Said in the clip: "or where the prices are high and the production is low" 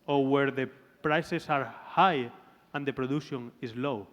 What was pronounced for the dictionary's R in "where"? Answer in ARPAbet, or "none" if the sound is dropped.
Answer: R